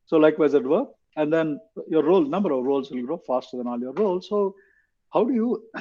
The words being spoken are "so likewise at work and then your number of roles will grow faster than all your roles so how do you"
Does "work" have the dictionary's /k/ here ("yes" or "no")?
no